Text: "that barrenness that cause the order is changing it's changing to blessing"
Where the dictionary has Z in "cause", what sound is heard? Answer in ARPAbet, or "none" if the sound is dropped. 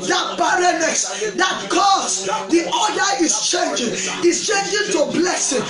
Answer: S